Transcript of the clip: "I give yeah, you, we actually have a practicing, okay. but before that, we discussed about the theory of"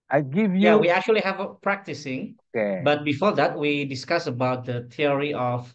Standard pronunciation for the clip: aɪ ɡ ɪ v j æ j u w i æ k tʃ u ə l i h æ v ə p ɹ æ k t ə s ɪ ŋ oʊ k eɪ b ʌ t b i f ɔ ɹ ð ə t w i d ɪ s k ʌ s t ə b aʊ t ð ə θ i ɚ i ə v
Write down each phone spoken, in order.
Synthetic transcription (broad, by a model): aɪ ɡ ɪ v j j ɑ w i æ k tʃ u ə l i h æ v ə p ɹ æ k t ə s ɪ ŋ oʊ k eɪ b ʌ t b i f ɔ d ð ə t w i d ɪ s k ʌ s ə b aʊ t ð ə t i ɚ i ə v